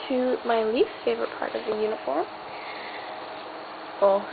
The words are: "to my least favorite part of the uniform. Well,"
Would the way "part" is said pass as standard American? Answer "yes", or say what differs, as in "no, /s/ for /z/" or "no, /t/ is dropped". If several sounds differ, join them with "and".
yes